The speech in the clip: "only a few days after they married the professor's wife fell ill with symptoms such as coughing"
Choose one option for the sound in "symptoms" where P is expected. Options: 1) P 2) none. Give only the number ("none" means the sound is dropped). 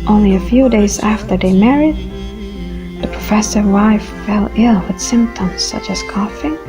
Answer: 1